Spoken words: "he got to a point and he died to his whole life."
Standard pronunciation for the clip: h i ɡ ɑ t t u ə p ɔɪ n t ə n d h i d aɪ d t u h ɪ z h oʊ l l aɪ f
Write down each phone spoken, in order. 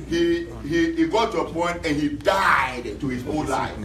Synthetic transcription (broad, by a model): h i ɡ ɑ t t u ə p ɔɪ n t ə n h i d aɪ d t u h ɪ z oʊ n l aɪ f